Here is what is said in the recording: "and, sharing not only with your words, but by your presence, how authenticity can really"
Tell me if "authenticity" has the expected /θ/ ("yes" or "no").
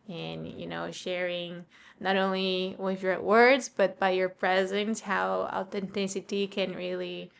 no